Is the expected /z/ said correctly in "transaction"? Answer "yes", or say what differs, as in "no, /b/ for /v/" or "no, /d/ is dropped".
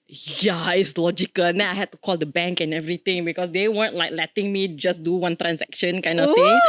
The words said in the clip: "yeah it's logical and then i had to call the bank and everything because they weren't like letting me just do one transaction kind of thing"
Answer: no, /s/ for /z/